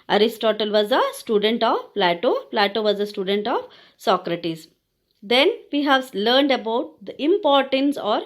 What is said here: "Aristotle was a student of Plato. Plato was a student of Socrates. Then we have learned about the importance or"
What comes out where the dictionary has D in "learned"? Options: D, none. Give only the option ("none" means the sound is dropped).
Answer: D